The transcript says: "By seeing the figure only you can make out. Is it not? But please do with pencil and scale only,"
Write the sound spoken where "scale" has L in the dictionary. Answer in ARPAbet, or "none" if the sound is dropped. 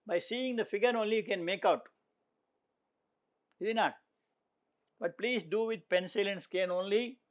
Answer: N